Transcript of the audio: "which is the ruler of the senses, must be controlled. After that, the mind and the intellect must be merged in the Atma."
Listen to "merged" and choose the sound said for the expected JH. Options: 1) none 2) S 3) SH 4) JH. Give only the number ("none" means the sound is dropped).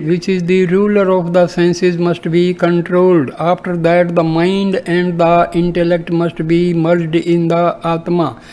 4